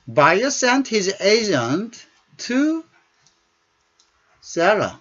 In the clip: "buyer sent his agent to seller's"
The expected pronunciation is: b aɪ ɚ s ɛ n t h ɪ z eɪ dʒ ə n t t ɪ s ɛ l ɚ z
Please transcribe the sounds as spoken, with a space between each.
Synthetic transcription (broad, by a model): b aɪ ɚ s ɛ n t h ɪ z eɪ dʒ ə n t t ɪ s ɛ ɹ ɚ